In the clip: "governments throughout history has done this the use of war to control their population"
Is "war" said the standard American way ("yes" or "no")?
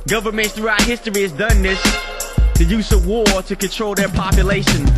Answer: yes